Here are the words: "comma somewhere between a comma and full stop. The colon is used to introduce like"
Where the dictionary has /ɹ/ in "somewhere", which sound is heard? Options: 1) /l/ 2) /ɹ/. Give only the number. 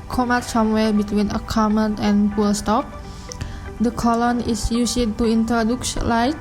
1